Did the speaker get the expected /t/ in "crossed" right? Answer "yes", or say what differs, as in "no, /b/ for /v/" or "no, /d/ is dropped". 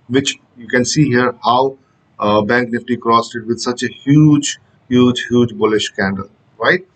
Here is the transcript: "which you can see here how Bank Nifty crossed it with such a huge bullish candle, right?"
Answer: yes